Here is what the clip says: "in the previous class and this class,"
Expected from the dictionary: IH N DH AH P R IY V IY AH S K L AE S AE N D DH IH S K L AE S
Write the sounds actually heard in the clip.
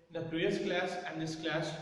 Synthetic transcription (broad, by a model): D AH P R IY IY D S K L AE S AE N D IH S K L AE S